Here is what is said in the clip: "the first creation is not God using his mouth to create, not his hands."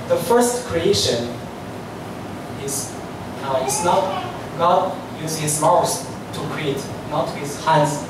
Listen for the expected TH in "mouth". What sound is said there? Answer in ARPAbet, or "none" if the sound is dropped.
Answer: S